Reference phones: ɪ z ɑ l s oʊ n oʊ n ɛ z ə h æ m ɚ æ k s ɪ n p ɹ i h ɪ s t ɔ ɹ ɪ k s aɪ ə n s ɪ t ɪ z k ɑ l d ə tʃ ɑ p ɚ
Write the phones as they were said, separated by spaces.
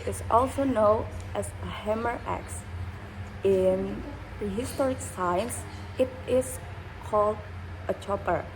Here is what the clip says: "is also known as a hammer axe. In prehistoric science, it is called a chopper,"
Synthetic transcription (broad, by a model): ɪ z ɑ l s oʊ n oʊ n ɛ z ə h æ m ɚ æ k s ɪ n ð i h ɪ s t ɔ ɹ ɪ k s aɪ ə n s ɪ t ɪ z k ɑ l d ə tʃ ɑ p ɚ